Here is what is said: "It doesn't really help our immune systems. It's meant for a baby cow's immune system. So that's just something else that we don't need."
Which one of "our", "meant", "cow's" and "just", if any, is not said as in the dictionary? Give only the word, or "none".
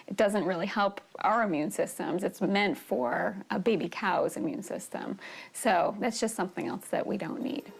none